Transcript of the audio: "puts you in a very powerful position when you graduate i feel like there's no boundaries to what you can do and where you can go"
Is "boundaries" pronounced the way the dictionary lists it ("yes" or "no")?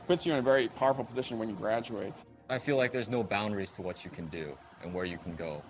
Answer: yes